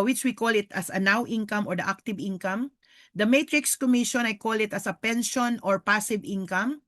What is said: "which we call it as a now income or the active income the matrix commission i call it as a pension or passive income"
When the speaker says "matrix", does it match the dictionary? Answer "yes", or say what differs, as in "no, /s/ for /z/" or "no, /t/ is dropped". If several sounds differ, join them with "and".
yes